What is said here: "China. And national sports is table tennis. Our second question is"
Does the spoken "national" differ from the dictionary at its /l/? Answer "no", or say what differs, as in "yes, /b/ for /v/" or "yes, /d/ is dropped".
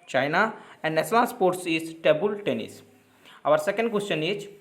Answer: yes, /n/ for /l/